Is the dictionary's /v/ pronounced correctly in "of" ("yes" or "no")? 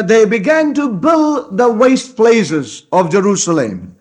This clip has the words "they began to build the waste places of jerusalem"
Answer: yes